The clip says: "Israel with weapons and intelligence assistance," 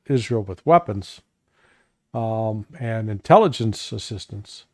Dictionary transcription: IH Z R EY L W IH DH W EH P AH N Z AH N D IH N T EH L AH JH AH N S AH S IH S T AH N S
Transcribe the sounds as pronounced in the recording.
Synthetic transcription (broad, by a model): IH Z R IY L W IH DH W EH P AH N Z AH N IH N T EH L AH JH AH N S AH S IH S T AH N S